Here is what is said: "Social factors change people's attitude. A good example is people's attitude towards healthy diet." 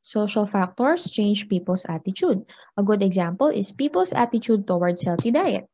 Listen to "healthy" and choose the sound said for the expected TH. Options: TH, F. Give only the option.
F